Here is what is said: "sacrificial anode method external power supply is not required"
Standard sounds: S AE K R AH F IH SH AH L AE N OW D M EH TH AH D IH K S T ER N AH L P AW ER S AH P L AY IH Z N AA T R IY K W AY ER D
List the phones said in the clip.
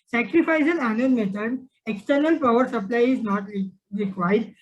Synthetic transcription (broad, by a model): S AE K R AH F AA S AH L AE N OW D M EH T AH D IH K S T ER N AH L P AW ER S AH P L AY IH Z N AA T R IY K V AY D